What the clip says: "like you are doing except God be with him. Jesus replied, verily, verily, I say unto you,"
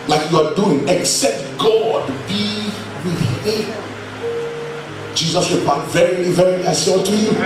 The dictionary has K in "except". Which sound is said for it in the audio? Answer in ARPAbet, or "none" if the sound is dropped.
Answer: K